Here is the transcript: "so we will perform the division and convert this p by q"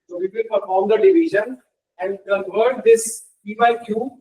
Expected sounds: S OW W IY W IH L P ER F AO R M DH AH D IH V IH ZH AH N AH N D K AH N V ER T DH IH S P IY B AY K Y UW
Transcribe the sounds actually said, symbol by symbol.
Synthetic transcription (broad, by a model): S OW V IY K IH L P ER F AO R M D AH D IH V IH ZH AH N AH N D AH V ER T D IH S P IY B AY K Y UW